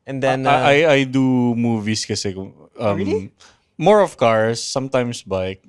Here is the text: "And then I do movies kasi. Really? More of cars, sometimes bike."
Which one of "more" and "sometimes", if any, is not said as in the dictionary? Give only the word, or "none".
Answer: sometimes